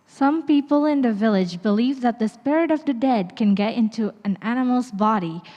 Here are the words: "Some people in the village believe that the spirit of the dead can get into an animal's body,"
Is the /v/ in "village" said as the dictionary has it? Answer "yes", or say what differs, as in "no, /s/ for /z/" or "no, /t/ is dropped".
yes